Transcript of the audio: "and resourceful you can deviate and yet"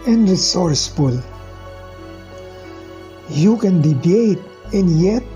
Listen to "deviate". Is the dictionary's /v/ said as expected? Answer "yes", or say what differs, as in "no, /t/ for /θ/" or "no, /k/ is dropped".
no, /b/ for /v/